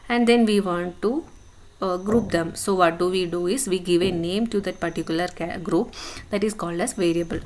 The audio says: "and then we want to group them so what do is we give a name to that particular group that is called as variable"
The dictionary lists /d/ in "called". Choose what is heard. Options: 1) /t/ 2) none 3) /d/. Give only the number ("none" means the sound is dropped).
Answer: 3